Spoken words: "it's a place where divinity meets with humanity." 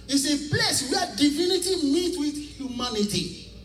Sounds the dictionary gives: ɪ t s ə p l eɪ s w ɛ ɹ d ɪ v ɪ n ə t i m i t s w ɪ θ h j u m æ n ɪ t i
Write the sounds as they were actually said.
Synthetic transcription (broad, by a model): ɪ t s ə p l eɪ s w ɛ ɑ d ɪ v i n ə t i m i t w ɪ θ h j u m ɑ n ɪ t i